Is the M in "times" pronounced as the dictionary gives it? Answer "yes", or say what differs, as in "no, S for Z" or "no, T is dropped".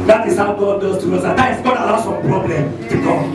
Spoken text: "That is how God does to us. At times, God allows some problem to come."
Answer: no, M is dropped